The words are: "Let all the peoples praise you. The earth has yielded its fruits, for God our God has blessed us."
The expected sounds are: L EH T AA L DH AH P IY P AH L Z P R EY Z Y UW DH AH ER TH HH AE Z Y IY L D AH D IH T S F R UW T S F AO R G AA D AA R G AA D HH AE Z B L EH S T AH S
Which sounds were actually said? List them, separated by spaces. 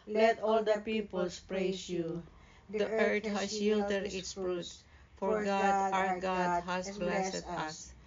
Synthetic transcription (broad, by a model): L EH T AA L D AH P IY P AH L S P R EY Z Y UW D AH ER T HH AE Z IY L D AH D IH T S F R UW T F AO R G AA D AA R G AA D HH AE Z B L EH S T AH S